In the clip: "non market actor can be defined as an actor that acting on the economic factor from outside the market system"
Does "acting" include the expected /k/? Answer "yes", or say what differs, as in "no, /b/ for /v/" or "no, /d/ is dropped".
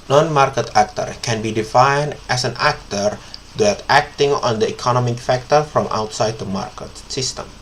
yes